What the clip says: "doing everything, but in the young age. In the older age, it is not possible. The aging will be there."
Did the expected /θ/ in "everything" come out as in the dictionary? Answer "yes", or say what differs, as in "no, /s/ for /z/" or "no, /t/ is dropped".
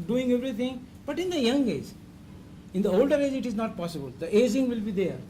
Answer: no, /t/ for /θ/